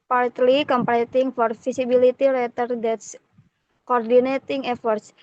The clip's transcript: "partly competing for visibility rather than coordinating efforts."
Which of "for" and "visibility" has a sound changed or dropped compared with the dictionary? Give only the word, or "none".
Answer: visibility